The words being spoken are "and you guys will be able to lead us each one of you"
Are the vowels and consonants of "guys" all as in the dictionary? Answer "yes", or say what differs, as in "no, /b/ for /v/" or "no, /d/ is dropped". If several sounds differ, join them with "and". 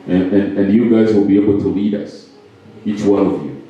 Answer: yes